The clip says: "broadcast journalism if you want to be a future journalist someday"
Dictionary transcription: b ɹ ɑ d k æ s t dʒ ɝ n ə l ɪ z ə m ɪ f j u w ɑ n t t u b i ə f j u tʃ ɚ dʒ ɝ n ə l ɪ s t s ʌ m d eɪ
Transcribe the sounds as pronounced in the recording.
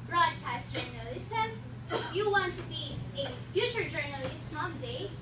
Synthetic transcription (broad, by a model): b ɹ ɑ d k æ s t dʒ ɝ n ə l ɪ s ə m j u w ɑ n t t u b i ə f j u tʃ ɚ dʒ ɝ n ə l ɪ s t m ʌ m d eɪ